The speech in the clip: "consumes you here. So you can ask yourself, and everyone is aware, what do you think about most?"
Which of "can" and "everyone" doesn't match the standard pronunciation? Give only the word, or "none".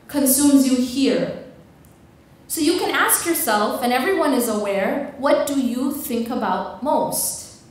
none